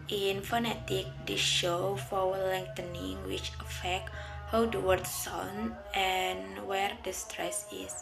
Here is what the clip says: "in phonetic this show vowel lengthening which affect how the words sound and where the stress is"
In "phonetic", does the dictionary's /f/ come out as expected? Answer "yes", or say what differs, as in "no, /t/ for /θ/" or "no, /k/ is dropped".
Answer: yes